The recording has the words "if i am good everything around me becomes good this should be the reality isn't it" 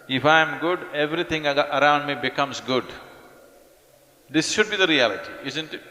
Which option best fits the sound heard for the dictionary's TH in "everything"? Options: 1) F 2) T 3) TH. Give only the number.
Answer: 2